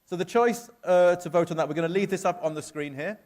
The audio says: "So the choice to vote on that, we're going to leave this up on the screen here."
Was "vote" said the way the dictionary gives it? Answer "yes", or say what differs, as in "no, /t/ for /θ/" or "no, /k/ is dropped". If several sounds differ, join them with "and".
yes